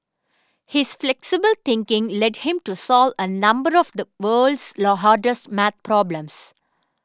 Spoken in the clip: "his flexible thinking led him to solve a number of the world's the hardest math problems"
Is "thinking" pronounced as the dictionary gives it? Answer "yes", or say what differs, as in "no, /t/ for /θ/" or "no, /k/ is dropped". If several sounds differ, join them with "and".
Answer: no, /t/ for /θ/